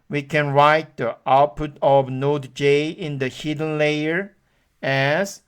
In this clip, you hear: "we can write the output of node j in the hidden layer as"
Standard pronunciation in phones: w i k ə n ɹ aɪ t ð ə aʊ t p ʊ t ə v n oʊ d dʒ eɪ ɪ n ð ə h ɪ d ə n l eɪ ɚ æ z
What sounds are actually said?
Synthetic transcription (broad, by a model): w i k ə n ɹ aɪ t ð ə aʊ t p ʊ t ə v n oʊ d dʒ eɪ ɪ n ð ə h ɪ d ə n l eɪ ɚ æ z